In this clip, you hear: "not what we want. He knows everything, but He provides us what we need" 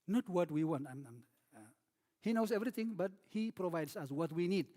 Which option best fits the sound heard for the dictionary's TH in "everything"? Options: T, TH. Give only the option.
T